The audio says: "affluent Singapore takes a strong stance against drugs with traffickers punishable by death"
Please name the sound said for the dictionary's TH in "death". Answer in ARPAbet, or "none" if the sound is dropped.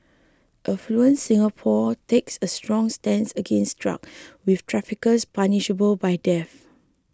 F